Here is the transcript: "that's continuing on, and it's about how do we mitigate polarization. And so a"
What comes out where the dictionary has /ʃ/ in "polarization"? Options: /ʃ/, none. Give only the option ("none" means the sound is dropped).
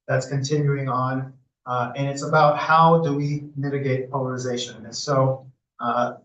none